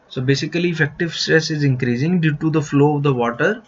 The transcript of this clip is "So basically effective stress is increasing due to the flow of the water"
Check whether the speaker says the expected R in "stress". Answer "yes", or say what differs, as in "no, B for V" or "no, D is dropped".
yes